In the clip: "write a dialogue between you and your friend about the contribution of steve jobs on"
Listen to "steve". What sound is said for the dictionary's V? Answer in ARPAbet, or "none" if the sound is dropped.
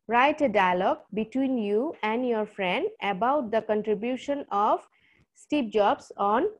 P